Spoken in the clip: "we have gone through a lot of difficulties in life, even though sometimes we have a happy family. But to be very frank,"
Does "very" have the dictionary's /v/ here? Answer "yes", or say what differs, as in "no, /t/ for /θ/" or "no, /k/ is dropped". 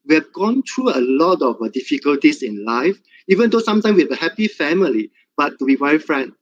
no, /w/ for /v/